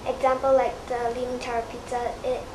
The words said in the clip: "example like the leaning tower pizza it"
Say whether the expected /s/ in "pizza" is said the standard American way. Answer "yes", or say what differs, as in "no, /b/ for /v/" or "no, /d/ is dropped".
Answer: no, /s/ is dropped